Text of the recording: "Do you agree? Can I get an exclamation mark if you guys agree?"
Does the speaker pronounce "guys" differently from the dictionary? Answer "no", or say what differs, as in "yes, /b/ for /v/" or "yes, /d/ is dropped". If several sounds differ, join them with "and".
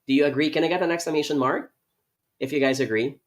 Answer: no